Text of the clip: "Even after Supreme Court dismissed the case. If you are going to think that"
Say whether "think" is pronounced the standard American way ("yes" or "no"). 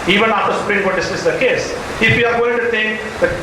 no